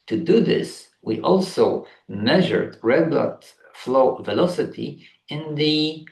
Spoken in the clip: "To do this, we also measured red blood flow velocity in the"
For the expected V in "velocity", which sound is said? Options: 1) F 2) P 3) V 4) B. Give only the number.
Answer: 3